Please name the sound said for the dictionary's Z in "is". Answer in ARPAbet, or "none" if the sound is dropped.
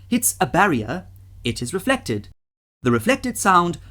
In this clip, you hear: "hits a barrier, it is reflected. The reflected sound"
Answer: Z